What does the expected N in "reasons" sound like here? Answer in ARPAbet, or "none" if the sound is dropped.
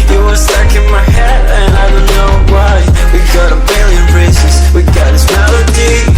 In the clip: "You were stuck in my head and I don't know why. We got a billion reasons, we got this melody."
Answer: none